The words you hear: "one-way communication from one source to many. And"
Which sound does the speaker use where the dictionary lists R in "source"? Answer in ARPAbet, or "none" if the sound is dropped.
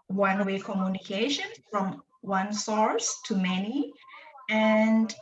R